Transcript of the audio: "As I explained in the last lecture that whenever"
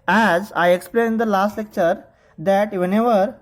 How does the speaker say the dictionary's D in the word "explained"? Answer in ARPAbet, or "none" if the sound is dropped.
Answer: none